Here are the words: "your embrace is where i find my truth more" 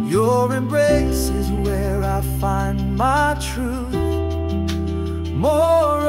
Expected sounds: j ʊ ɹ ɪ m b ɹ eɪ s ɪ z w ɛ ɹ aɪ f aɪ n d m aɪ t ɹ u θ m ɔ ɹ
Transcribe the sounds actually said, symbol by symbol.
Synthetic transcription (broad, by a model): j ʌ ɹ ɪ m b ɹ eɪ s ɪ z w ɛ ɹ aɪ f aɪ n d m aɪ t ɹ u θ m ɔ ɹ